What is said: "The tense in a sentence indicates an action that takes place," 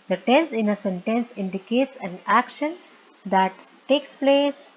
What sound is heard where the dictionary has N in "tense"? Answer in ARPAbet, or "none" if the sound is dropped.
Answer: N